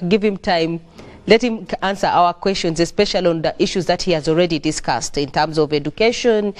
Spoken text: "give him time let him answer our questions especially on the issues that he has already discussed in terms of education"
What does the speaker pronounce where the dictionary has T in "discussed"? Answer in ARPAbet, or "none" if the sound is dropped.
T